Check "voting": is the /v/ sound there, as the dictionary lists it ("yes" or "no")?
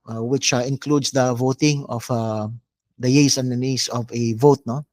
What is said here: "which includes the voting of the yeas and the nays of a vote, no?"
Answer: yes